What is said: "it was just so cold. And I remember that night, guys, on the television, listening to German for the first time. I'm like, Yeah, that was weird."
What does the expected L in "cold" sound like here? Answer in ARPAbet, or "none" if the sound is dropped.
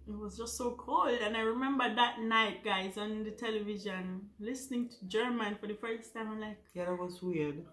L